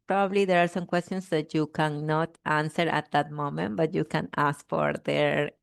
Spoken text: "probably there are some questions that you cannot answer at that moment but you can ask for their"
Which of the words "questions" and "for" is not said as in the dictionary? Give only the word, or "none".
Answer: questions